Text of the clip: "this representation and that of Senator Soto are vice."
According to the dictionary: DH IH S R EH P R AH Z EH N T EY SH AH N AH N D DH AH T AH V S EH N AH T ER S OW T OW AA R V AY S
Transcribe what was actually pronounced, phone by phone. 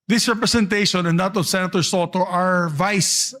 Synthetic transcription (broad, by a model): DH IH S R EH P R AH S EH N T EY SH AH N AH N D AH T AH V S EH N AH T ER S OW T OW AA R V AY S